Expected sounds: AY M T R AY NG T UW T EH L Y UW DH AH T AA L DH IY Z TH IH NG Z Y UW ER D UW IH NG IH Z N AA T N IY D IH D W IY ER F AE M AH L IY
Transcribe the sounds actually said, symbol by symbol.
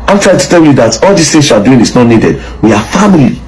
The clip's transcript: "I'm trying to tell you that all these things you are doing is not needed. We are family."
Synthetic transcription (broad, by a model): AY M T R AY T UW T EH L Y UW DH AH T AA L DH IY S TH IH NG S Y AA D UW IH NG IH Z N AA T N IY D IH D W IY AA F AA M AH L IY